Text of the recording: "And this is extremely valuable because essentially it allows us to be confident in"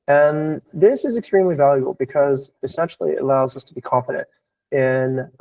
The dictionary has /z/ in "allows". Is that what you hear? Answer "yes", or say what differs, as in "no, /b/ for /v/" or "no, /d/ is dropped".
yes